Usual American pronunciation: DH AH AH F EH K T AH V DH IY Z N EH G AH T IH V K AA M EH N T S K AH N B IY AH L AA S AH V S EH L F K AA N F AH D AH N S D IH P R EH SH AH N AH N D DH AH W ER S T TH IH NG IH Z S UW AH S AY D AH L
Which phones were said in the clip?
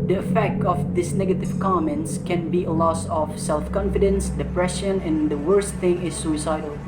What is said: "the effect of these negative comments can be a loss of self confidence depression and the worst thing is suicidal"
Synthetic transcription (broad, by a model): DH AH AH F EH K T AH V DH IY S N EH G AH T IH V K AA M EH N T S K AH N B IY AH L AA S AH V S EH L F K AA N F AH D AH N S D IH P R EH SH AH N AH N D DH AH W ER S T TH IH NG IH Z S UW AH S AY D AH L